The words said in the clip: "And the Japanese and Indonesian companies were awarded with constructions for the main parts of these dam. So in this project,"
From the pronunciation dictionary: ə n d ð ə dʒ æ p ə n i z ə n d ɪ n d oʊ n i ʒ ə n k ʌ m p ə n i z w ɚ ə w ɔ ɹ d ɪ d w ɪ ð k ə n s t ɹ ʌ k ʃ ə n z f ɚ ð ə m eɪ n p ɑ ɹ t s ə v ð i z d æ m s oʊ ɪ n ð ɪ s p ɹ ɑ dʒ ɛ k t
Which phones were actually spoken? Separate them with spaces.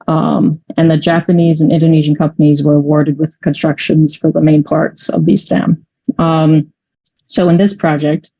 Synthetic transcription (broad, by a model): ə n ð ə dʒ æ p ə n i z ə n ɪ n d oʊ n i ʒ ə n k ʌ m p ə n i z w ɚ ə w ɔ ɹ d ɪ d w ɪ ð k ə n s t ɹ ʌ k ʃ ə n z f ɚ ð ə m eɪ n p ɑ ɹ t s ə v ð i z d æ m s oʊ ɪ n ð ɪ s p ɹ ɑ dʒ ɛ k t